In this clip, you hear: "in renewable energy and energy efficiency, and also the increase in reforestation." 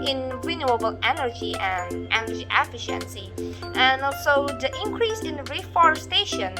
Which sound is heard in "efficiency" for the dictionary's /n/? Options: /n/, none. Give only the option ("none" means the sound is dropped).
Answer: /n/